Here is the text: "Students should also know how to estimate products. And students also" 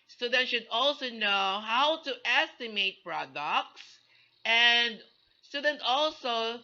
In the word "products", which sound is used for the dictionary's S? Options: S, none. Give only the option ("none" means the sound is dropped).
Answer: S